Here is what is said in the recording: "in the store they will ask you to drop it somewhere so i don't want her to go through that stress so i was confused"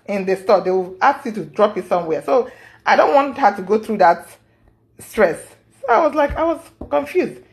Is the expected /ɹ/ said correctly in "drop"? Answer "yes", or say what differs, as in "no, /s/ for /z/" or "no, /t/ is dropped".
yes